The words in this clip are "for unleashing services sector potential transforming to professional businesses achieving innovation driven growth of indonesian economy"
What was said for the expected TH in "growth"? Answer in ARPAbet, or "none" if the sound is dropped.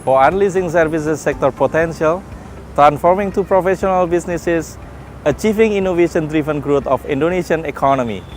T